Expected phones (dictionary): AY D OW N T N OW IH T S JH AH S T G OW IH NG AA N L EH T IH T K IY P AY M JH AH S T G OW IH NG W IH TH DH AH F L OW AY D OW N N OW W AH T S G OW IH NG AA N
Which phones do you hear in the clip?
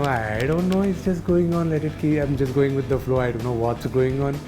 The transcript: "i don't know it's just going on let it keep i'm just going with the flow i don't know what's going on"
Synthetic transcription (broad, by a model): AY D OW N T N OW IH T S JH AH S T G OW IH NG AA N L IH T IH T K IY AY M JH AH S T G OW IH NG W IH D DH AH F L OW AY D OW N N OW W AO T S G OW IH NG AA N